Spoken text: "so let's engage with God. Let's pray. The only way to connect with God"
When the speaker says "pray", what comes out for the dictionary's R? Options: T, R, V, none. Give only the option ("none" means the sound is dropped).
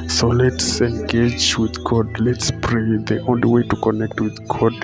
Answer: R